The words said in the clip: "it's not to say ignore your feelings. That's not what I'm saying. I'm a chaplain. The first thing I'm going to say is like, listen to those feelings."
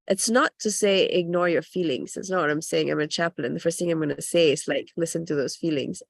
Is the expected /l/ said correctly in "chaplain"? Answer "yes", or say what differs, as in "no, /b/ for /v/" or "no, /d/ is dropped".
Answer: yes